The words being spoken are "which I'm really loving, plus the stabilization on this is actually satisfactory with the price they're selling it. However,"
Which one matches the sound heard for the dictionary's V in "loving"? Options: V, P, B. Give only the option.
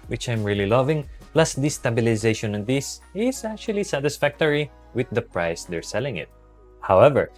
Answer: V